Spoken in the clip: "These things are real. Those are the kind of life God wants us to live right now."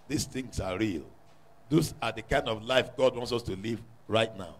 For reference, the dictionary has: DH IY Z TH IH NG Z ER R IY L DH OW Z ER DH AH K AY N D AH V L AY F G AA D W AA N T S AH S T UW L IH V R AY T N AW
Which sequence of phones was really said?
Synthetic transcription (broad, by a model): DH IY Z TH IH NG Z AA R IY L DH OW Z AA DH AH K AY N D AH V L AY F G AA D W AA N T S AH S T UW L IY V R AY T N AW